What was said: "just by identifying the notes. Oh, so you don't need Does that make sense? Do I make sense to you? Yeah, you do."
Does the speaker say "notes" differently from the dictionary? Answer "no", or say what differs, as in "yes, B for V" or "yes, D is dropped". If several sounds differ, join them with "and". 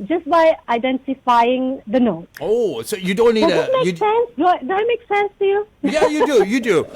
yes, S is dropped